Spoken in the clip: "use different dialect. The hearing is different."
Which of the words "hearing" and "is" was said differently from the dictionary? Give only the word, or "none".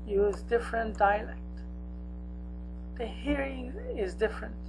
none